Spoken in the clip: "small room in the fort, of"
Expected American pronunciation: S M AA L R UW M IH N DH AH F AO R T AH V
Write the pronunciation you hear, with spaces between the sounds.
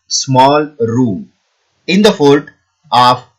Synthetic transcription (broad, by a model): S M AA L R UW M IH N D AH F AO L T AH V